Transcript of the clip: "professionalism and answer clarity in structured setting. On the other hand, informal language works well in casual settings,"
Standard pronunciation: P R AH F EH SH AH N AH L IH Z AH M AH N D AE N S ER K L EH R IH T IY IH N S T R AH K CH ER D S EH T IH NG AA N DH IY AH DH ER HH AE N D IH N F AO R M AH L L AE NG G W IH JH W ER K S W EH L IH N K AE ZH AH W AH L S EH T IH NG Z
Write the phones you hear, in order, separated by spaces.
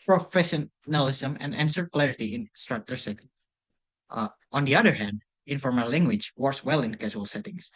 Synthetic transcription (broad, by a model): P R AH F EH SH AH N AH L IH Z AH M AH N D AE N S ER K L EH R IH T IY IH N S T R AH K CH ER S EH T IH NG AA N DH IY AH DH ER HH AE N D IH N F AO R M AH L L AE NG G W IH JH W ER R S W EH L IH N K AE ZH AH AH L S EH T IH NG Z